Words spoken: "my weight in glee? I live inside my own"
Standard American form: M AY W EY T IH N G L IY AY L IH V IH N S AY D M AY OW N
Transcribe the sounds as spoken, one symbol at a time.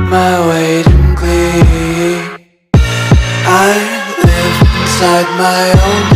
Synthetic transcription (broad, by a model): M AY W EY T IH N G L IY AY N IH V IH N S AY D M AY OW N